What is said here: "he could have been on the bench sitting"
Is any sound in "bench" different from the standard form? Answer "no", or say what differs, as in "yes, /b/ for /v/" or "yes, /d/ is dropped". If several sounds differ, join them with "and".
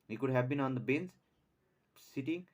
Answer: yes, /s/ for /tʃ/